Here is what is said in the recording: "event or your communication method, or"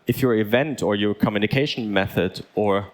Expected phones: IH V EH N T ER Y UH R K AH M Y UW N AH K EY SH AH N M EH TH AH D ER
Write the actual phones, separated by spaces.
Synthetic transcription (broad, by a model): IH V EH N T ER Y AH R K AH M Y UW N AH K EY SH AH N M EH TH AH D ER